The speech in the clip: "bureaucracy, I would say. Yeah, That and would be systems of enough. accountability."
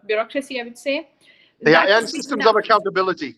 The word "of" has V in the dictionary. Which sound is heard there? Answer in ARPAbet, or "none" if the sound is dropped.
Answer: V